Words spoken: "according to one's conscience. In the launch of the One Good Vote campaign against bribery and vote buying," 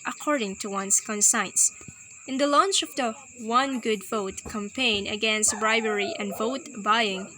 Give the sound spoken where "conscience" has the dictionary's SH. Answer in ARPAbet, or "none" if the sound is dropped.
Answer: S